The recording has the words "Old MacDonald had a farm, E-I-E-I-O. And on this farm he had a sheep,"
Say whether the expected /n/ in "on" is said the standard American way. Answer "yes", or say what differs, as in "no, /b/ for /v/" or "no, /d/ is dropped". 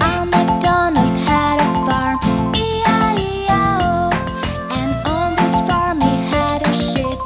no, /l/ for /n/